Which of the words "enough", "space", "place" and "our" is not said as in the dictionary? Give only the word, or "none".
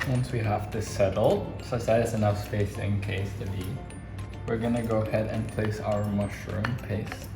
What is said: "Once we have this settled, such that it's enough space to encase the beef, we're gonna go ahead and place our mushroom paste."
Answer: none